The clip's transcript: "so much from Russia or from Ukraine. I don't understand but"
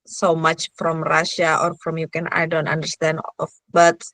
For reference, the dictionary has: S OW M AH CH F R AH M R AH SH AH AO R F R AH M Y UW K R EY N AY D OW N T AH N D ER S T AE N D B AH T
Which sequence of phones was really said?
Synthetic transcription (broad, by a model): S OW M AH CH F R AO M R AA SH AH AO R F R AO M Y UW K EY N AY D OW N T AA N D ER S T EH N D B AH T